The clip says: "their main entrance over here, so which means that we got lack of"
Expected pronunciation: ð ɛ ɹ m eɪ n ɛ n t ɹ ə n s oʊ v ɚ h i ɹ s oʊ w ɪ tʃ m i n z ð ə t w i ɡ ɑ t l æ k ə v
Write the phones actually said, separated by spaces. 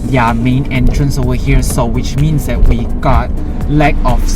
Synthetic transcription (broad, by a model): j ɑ m eɪ n ɛ n t ɹ ə n s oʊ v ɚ h i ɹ s oʊ w ɪ tʃ m i n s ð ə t w i ɡ ɑ t l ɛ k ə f